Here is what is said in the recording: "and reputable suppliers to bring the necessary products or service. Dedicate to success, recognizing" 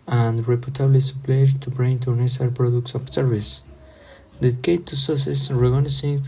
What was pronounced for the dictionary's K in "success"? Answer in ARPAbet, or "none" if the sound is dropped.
none